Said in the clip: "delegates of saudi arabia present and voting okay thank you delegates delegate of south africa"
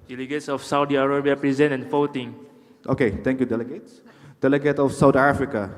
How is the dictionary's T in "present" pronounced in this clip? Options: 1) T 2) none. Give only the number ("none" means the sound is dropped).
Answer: 2